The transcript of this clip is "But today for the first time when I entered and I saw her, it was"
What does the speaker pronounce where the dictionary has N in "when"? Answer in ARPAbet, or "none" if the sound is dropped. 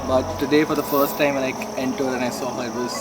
L